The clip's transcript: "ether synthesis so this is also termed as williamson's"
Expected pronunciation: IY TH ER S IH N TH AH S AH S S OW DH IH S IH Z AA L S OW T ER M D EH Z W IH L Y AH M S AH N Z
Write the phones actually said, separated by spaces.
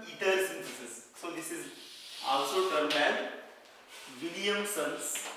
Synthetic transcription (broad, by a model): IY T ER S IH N T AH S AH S S OW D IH S IH Z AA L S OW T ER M EH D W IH L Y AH M S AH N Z